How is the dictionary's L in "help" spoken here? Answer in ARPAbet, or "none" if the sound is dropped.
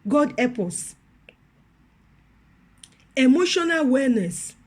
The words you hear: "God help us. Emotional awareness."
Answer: none